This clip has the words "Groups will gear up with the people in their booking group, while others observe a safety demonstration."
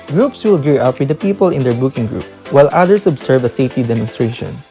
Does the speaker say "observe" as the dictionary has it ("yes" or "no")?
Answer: no